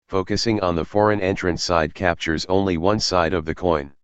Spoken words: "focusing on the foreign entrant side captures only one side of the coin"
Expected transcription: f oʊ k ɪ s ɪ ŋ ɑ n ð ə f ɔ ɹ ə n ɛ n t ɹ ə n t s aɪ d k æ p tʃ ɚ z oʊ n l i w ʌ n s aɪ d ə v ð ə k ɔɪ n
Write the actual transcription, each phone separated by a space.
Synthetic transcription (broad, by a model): f oʊ k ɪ s ɪ ŋ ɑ n ð ə f ɔ ɹ ə n ɛ n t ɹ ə n s aɪ d k æ p tʃ ɚ z oʊ n l i w ʌ n s aɪ d ə v ð ə k ɔɪ n